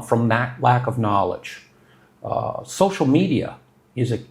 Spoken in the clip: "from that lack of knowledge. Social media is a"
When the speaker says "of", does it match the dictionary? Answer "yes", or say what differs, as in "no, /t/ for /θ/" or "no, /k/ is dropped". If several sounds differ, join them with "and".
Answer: yes